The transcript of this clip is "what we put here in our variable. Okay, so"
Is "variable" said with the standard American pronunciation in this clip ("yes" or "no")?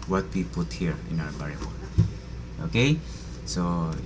no